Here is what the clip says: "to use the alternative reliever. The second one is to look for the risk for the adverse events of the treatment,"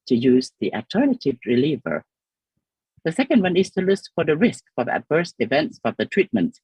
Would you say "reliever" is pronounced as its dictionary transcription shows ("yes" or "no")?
yes